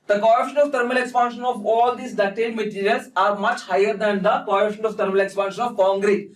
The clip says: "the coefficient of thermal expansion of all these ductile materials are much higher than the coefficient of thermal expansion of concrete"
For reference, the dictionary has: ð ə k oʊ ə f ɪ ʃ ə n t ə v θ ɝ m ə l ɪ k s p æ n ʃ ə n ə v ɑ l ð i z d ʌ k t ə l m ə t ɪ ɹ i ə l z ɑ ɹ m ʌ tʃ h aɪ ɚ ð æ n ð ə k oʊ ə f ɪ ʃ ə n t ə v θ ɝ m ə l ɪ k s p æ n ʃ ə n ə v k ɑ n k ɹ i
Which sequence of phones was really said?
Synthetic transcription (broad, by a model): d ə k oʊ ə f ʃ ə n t ə v t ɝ m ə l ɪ k s p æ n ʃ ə n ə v ɑ l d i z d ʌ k t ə n m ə t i ɹ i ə l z ɑ ɹ m ʌ tʃ h aɪ ɚ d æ n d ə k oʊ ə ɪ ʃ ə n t ə v t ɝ m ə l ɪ k s p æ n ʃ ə n ə v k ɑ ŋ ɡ ɹ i